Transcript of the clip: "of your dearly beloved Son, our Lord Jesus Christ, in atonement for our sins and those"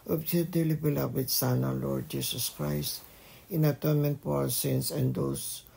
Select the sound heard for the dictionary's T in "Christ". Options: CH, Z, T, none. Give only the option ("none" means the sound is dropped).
T